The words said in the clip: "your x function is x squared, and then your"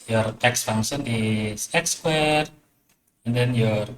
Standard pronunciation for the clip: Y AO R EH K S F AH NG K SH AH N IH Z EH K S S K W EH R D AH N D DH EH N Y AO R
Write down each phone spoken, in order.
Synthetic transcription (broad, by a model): Y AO R EH K S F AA NG SH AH N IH S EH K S S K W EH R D AH N D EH N Y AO R